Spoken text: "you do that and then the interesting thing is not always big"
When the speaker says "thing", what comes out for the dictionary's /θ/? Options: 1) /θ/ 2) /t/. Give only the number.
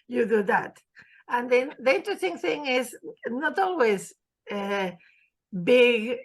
1